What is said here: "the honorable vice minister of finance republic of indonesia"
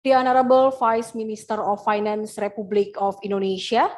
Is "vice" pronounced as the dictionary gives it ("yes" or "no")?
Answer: no